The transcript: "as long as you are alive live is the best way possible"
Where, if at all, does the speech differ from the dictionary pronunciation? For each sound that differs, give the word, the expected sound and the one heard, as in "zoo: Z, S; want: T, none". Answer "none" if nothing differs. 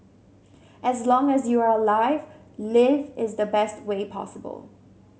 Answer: none